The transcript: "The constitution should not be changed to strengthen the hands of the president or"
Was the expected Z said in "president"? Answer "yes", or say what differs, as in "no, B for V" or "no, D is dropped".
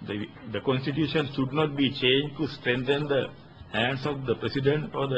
no, S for Z